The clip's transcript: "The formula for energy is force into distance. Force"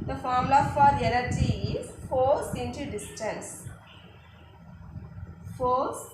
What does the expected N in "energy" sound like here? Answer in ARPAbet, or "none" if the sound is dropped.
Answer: L